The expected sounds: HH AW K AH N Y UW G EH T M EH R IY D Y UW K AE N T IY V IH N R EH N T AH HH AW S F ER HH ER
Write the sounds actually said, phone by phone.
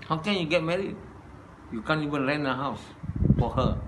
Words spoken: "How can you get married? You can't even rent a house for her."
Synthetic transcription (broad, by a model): HH AW K AH N Y UW G EH T M EH R IY D Y UW K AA N IY V IH N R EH N AH HH AW S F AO HH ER